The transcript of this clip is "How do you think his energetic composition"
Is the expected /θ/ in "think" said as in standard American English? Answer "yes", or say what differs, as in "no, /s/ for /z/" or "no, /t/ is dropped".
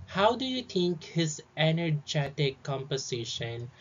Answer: no, /t/ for /θ/